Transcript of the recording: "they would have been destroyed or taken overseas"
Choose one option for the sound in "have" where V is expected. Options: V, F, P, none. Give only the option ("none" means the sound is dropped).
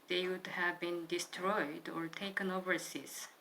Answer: V